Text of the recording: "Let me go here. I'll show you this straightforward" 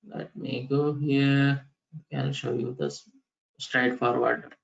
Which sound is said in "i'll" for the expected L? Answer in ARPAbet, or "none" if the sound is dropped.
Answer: N